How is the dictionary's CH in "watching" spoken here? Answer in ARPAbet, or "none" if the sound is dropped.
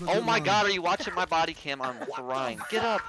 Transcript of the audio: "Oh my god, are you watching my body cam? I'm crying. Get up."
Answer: CH